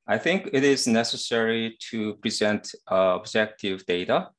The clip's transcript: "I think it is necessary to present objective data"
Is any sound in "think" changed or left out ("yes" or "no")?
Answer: no